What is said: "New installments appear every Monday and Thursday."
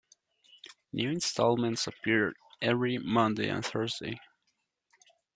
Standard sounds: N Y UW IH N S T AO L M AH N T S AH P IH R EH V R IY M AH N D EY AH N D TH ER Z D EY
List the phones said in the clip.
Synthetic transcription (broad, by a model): N Y UW IH N S T AO L M AH N T S AH P IH R EH V R IY M AH N D EY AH N TH ER Z D EY